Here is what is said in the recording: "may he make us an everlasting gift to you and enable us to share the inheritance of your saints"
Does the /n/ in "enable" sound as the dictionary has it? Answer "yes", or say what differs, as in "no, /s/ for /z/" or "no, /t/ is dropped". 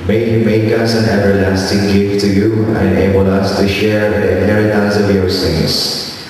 no, /n/ is dropped